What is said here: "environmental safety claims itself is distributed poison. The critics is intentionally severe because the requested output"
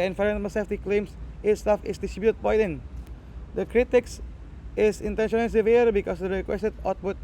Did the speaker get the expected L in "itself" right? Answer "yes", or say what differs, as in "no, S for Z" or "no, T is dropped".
no, L is dropped